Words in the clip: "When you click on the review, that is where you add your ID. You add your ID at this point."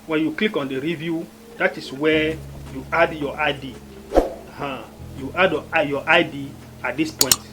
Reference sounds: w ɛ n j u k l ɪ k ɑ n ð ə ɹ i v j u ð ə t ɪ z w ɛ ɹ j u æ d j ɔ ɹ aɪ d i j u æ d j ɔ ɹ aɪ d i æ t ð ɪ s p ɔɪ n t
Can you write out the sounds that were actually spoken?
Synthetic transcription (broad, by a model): w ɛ n j u k l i k ɑ n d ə ɹ i v j u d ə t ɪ s w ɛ j u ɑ d j ɔ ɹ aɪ d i j u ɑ d j ɔ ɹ aɪ d i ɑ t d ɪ s p ɔɪ n t